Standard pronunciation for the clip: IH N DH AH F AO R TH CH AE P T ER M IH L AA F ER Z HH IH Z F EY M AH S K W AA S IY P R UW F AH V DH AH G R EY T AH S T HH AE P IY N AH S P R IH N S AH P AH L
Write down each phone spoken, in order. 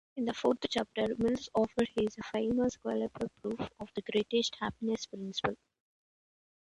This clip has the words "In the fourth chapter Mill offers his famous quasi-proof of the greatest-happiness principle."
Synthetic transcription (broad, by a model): IH N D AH F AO R T CH AE P T ER M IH L AA F ER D HH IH Z F EY M AH S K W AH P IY P R UW F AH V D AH G R EY T AH S T HH AE P IY N AH S P R IH N S AH P AH L